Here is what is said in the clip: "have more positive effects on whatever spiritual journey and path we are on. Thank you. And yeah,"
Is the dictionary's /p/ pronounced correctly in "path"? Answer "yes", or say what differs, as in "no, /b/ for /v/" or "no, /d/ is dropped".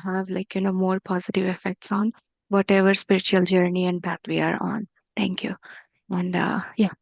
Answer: no, /b/ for /p/